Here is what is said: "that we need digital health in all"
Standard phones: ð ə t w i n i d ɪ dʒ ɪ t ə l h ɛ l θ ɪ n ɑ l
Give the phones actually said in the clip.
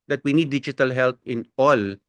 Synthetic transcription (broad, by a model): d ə t w i n i d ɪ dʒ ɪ t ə l h ɛ l t ɪ n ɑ l